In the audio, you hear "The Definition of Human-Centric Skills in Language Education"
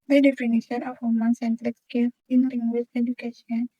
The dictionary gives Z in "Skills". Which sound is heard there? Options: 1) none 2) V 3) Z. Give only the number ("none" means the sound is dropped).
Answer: 1